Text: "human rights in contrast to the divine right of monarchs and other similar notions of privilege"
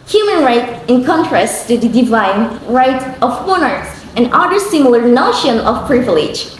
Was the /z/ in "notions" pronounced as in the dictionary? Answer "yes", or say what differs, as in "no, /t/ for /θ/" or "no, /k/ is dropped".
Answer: no, /z/ is dropped